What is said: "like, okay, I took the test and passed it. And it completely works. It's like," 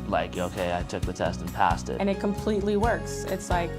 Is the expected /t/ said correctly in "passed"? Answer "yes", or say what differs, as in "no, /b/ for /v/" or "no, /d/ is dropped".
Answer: yes